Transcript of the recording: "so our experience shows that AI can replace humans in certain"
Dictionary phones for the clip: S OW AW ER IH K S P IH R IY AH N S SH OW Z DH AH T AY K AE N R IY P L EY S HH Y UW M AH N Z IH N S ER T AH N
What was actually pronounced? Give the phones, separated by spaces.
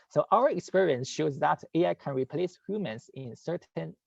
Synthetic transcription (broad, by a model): S OW AW ER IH K S P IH R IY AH N S SH OW Z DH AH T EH K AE N R IY P L EY S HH Y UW M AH N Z IH N S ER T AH N